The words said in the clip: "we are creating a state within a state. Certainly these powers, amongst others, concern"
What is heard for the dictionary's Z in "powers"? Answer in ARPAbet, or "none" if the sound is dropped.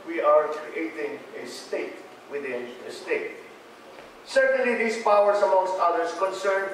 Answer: S